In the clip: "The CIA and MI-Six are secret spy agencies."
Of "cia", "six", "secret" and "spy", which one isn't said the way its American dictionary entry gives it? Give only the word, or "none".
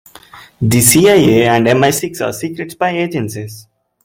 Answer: spy